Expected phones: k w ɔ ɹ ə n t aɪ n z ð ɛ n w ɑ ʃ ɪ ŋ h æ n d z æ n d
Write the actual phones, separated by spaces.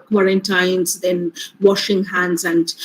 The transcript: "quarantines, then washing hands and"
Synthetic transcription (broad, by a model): k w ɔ ɹ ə n t aɪ n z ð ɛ n w ɑ ʃ ɪ ŋ h æ n d z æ n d